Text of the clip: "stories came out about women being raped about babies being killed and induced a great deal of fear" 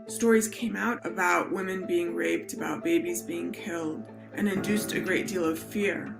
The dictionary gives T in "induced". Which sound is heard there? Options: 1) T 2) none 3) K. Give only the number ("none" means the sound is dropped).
1